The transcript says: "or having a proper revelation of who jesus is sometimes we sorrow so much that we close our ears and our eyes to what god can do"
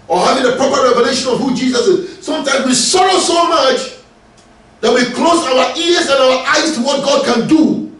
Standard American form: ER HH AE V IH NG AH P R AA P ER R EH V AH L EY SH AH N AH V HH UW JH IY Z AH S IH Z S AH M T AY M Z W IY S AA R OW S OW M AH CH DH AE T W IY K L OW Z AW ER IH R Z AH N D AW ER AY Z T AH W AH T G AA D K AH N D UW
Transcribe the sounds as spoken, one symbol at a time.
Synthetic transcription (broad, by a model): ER HH AE V IH NG AH P R AA P ER R EH V AH L EY SH AH N AH V HH UW JH IY Z AH S IH Z S AH M T AY M Z W IY S AA R OW S OW M AH CH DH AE T W IY K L OW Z AW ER IH R Z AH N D AW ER AY Z T AH W AH T G AA D K AH N D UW